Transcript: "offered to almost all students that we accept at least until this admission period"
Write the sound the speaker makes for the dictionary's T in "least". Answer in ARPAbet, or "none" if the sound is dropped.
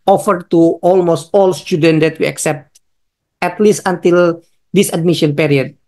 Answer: T